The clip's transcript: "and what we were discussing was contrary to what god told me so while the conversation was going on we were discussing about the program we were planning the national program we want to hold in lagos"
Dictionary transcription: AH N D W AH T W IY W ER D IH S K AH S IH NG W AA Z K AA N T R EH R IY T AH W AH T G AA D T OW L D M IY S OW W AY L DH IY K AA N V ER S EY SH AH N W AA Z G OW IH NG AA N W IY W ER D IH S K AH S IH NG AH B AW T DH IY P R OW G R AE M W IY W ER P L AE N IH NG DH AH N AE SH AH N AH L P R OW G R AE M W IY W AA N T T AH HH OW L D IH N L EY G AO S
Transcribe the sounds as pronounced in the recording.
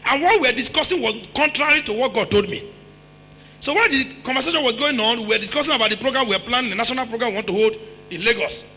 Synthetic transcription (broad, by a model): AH N W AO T W IY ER D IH S K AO S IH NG W AA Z K AA N T R EH R IY T AH W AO T G AA D T OW L D M IY S OW W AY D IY K AA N V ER S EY SH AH N W AA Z G OW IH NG AA N W IY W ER D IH S K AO S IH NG AH B AW T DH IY P R OW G R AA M W IY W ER P L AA N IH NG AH N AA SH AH N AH L P R OW G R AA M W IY W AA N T T AH HH OW L D IH N L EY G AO S